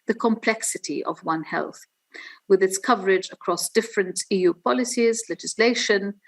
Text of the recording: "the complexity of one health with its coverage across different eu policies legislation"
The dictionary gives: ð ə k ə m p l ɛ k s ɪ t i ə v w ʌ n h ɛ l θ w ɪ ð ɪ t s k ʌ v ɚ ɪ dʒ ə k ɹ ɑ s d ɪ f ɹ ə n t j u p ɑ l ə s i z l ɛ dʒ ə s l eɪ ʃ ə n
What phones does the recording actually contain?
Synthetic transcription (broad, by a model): ð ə k ə m p l ɛ k s ɪ t i ə v w ʌ n h ɛ l θ w ɪ ð ɪ t s k ʌ v ɚ ɪ dʒ ə k ɹ ɑ s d ɪ f ɹ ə n t j u p ɑ l ə s i z l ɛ dʒ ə s l eɪ ʃ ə n